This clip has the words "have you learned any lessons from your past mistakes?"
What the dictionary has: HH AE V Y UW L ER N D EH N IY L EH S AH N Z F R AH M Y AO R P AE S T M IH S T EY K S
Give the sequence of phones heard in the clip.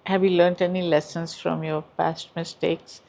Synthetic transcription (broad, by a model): HH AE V Y UW L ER N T EH N IY L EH S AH N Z F R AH M Y AO R P AE S T M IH S T EY K S